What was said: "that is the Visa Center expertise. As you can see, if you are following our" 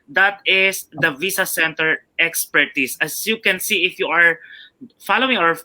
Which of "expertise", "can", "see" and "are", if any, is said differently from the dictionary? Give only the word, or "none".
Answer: expertise